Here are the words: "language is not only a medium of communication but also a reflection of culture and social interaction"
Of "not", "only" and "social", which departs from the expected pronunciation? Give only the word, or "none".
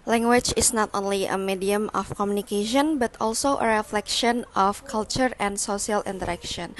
social